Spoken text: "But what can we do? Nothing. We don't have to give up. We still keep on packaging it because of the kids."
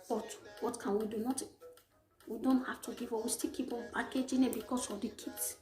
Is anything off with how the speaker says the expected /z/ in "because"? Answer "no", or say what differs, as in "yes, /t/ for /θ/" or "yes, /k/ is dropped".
yes, /s/ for /z/